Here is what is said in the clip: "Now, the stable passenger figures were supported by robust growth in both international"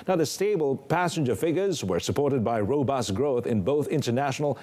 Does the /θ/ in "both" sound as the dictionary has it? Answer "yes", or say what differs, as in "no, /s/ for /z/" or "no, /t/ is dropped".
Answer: yes